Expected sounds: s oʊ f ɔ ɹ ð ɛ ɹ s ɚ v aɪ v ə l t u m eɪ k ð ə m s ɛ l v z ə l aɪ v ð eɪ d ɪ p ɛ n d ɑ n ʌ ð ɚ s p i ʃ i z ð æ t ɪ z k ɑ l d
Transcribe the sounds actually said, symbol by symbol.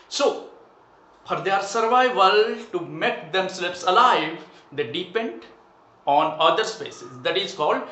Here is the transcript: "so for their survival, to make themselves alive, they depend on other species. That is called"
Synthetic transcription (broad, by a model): s oʊ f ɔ ɹ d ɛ ɹ s ɚ v aɪ v ə l t u m eɪ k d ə m s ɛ l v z ə l aɪ v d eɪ d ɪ p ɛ n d ɑ n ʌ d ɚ s p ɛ s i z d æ t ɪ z k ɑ l d